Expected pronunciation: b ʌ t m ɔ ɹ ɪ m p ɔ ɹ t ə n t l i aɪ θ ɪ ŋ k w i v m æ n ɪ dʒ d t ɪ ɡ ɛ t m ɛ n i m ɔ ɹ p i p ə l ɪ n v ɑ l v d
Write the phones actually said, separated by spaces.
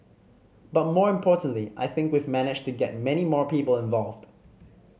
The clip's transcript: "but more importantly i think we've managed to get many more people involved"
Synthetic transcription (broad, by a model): b ʌ t m ɔ ɹ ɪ m p ɔ ɹ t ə n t l i aɪ θ ɪ ŋ k w i v m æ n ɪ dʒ t ɪ ɡ ɛ t m ɛ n i m ɔ ɹ p i p ə l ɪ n v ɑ l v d